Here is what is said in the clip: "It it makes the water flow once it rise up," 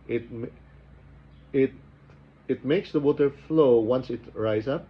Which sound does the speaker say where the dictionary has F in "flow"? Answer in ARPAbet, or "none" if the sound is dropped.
F